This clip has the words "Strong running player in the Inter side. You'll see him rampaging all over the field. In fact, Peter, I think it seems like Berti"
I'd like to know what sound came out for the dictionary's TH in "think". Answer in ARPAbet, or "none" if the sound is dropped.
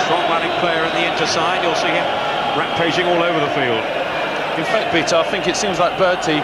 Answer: TH